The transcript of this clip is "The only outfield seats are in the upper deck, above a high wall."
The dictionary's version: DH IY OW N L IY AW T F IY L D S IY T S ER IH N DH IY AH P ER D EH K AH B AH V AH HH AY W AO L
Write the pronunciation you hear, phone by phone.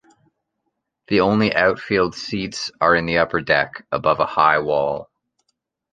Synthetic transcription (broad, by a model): DH IY OW N L IY AW T F IY L D S IY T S ER IH N DH IY AH P ER D EH K AH B AH V AH HH AY W AO L